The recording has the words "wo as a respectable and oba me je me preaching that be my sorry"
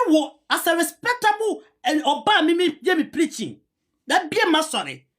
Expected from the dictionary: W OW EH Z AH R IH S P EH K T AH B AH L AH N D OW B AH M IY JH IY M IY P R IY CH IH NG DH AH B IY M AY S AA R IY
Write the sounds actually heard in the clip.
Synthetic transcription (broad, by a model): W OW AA S AH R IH S P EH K T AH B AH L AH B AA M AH M IY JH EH M IY P R IY CH IH NG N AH B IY M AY S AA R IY